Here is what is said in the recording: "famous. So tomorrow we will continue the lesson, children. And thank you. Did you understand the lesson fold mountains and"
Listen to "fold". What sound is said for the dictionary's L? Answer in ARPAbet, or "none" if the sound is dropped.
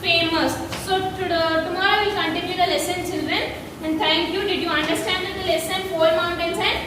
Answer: none